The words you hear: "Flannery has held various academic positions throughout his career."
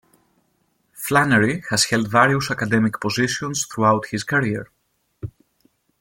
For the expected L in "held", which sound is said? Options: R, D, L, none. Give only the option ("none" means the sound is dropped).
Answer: L